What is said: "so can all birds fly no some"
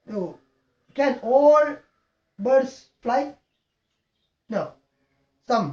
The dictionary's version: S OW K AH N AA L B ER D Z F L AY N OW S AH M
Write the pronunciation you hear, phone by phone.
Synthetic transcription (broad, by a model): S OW K AH N AA L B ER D S F L AY N OW S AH M